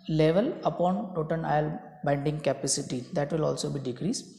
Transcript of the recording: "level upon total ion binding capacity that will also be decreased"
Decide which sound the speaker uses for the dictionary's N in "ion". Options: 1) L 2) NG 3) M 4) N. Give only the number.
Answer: 1